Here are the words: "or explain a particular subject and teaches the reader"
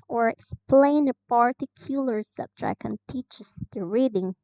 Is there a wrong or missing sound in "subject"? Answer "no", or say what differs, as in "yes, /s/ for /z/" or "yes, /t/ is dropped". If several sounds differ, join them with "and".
yes, /t/ is dropped